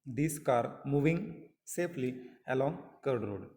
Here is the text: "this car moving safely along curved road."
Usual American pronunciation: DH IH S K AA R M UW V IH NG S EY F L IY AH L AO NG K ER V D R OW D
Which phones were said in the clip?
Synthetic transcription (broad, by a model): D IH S K AA R M UW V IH NG S EY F L IY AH L AO NG K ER D R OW D